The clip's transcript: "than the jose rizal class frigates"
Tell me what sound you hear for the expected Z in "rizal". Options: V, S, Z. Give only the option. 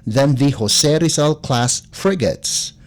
S